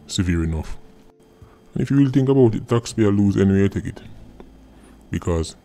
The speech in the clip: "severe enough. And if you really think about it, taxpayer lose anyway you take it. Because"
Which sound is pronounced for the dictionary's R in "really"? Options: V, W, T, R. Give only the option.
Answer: W